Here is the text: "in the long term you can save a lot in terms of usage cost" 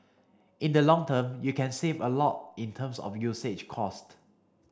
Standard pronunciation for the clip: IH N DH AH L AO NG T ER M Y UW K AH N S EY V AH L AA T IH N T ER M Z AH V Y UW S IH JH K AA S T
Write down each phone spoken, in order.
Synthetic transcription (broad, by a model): IH N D AH L AO NG T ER M Y UW K AH N S EY V AH L AA T IH N T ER M S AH F Y UW S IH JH K AA S T